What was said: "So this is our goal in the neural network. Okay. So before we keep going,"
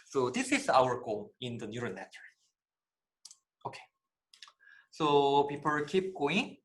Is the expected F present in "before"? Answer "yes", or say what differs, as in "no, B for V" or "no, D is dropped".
no, P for F